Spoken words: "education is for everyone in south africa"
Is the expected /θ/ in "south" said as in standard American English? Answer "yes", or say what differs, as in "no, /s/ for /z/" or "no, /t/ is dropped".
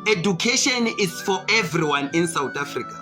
no, /t/ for /θ/